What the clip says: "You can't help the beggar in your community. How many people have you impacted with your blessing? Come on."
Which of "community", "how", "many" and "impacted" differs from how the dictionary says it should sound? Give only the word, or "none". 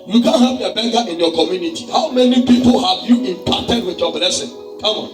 impacted